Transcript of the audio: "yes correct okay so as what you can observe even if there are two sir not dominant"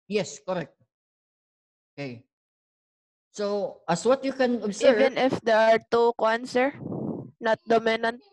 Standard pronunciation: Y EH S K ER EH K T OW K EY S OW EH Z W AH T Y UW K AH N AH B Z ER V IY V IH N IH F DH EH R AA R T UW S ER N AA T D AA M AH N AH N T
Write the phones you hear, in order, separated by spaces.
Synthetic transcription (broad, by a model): Y EH S K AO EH K T OW K EY S OW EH S W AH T Y UW K AH N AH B S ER IY V IH N IH F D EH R AA R T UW S ER N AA T D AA M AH N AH N T